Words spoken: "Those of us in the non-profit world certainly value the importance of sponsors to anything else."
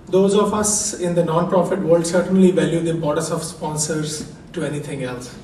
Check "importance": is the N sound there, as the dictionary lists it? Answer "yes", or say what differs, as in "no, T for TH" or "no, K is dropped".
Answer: no, N is dropped